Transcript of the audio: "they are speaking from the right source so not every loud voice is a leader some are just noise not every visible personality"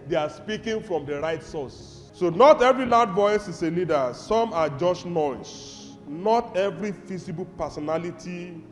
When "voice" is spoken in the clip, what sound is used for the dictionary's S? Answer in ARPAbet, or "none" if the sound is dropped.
S